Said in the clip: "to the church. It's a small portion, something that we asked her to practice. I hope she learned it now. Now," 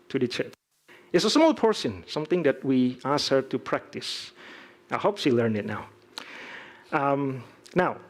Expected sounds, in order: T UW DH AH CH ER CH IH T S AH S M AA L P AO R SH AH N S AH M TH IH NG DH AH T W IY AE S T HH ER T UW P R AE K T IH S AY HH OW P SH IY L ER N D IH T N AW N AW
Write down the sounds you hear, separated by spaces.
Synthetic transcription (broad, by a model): T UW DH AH CH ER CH IH T S AH S M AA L P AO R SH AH N S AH M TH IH NG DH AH T W IY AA S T HH ER T UW P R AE K T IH S AY HH OW P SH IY L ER N IH T N AW N AW